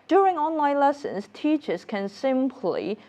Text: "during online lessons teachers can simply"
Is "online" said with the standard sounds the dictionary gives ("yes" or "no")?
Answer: yes